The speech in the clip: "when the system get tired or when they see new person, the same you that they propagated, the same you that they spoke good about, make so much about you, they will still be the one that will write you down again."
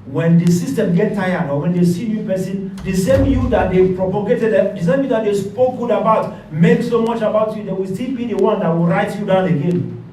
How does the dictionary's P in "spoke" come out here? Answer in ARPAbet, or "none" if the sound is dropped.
P